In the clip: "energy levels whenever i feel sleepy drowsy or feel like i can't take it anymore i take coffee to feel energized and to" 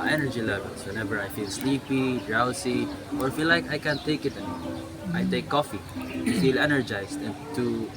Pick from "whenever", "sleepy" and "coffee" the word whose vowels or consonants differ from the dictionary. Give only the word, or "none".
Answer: none